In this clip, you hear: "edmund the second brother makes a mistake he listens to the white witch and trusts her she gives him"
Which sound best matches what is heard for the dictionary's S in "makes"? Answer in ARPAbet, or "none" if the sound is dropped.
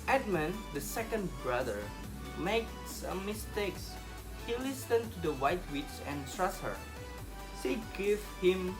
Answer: S